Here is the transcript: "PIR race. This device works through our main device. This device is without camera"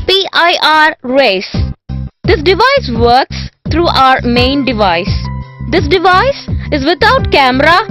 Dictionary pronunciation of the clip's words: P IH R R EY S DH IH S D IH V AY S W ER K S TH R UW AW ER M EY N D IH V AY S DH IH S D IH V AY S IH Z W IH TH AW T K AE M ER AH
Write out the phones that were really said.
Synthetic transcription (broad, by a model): P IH R R EY S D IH S D IH V AY S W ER K S T R UW AW ER M EY N D IH V AY S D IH S D IH V AY S IH Z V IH T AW T K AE M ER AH